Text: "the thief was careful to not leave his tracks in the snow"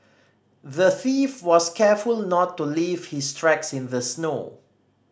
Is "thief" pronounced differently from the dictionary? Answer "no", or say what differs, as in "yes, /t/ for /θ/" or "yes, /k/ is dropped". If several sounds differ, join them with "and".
no